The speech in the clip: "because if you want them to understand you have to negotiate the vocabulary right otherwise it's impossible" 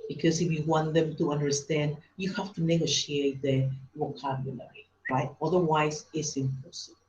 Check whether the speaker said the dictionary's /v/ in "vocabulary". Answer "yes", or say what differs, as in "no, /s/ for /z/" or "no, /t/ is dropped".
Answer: no, /w/ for /v/